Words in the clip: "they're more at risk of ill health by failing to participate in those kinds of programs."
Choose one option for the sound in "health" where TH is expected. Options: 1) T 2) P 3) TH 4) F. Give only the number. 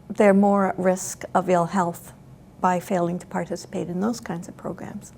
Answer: 3